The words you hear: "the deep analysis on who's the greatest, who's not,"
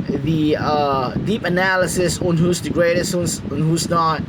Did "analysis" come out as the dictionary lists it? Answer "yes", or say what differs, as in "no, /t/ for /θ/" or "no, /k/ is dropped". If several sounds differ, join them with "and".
yes